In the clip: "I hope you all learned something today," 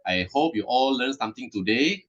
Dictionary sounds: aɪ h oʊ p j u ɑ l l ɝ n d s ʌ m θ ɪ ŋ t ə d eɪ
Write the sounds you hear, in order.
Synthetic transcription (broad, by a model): aɪ h oʊ p j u ɑ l l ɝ n s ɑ m t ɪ ŋ t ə d eɪ